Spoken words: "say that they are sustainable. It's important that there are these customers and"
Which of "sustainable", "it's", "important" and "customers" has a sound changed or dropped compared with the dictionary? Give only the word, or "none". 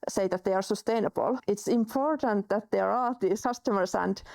customers